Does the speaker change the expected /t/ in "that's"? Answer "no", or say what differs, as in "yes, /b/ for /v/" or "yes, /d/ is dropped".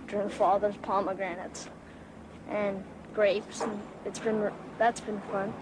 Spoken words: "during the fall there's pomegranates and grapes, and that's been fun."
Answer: no